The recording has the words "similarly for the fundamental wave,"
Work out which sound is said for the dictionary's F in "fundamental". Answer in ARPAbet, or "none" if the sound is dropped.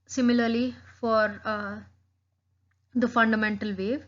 F